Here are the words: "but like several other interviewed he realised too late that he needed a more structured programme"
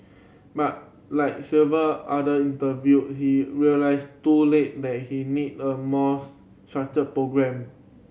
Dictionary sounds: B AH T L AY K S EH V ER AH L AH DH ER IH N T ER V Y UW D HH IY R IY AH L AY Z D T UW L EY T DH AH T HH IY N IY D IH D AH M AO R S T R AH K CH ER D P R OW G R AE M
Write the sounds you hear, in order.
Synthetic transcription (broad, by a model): B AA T L AY K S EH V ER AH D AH IY N T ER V Y UW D HH IY R IY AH L AY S T UW L EY T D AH T HH IY N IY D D AH M AO S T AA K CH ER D P R OW G R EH M